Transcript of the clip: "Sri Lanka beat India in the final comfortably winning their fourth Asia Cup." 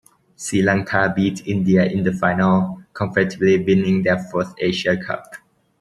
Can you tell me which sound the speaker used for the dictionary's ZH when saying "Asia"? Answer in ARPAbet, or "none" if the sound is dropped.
SH